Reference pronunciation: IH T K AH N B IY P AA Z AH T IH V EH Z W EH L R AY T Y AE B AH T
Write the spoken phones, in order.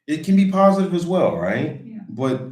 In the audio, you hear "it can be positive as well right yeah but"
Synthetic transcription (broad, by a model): IH T K AH N B IY P AA Z AH T IH V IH Z W EH L R AY T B AH T